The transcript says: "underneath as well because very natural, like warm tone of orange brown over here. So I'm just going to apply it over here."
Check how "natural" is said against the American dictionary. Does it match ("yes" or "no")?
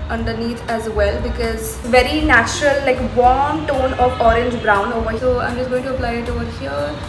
yes